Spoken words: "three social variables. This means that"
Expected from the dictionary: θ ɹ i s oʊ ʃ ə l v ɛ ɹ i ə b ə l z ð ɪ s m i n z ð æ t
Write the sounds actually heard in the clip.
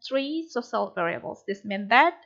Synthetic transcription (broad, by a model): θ ɹ i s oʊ s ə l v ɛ ɹ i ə b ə l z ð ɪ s m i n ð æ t